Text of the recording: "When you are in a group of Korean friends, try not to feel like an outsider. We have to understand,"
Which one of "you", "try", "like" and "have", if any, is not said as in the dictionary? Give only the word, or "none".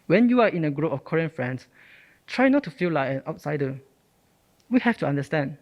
have